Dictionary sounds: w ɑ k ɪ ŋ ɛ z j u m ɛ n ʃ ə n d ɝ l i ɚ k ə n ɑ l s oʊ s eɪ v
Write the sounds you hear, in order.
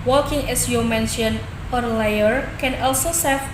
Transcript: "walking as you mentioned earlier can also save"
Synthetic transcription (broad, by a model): w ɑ k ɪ ŋ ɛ s j u m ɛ n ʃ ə n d l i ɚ k ə n ɑ l s oʊ s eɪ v